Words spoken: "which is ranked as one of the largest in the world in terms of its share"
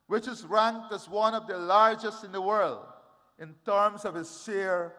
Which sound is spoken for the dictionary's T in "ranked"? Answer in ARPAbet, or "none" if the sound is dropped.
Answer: T